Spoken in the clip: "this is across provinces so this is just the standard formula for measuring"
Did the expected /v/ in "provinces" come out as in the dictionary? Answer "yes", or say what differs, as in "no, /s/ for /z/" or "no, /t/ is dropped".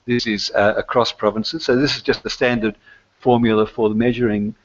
yes